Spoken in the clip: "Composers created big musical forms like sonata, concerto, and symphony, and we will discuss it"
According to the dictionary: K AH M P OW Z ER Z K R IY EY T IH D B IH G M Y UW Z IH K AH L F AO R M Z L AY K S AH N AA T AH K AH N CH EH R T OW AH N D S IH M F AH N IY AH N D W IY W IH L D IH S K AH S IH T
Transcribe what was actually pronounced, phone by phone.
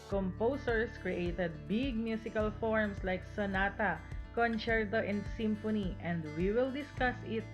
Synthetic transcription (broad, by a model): K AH M P OW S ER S K R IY EY T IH D B IH G M Y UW S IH K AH L F AO R M S L AY K S AH N AA T AH K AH N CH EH R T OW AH N S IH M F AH N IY AH N D W IY W IH L D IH S K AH S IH T